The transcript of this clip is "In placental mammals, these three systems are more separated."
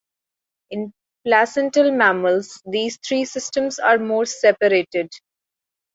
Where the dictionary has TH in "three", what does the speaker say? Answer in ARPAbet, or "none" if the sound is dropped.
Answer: T